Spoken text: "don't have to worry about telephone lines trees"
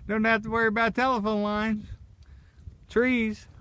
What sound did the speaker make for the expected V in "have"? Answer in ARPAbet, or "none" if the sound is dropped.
F